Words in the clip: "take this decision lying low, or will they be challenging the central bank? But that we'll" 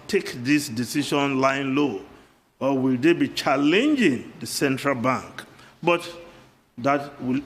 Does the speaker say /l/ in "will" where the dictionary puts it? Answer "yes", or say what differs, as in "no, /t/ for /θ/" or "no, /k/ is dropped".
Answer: yes